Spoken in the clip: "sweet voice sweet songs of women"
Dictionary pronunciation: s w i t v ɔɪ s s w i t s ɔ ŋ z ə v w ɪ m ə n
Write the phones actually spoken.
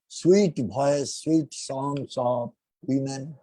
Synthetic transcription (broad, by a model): s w i t b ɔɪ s s w i t s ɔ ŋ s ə p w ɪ m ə n